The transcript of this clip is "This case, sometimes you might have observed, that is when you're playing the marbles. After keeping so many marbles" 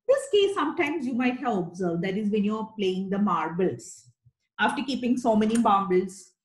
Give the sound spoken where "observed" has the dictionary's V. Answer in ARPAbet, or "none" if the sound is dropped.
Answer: V